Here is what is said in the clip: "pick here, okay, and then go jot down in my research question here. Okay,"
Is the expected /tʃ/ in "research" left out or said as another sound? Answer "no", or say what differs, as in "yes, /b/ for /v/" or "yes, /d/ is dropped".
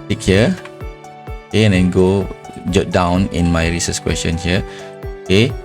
yes, /s/ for /tʃ/